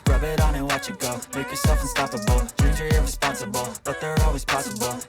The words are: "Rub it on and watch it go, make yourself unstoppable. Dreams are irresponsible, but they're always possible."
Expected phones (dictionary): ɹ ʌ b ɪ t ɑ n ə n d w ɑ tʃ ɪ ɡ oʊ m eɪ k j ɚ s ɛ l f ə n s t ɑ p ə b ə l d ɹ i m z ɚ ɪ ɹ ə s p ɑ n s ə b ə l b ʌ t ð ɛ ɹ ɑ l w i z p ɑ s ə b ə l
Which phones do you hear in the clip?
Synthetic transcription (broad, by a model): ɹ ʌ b ɪ t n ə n w ɑ tʃ ɪ ɡ oʊ m eɪ k j ɚ s ɛ l f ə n s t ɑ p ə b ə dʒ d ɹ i z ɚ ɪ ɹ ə s p ɑ n s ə b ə l b ʌ t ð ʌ ɹ ɑ l w i z p ɑ s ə b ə l